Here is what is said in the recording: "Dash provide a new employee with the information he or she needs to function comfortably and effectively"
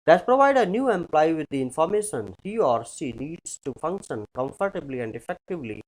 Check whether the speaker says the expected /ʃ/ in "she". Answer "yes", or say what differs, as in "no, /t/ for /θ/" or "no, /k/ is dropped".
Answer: no, /s/ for /ʃ/